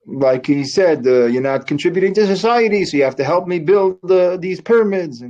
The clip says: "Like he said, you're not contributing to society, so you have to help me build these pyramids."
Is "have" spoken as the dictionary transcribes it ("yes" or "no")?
no